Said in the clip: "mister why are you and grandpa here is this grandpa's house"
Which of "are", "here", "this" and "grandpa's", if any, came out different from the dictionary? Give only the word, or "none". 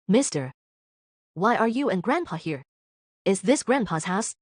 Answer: none